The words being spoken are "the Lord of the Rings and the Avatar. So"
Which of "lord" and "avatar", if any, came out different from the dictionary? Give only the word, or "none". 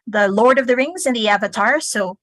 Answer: none